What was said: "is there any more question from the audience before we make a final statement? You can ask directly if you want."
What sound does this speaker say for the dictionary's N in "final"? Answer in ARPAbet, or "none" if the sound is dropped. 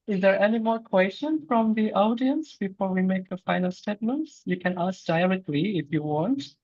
N